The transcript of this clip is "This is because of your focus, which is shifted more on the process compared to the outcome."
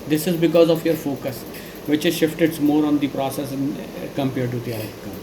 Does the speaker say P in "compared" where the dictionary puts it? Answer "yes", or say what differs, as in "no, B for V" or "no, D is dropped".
yes